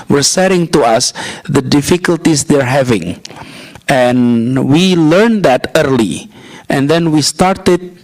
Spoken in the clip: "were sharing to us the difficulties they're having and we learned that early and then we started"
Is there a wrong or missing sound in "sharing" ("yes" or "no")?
yes